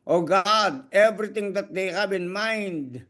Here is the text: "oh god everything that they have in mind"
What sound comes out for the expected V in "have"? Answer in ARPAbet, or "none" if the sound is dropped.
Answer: B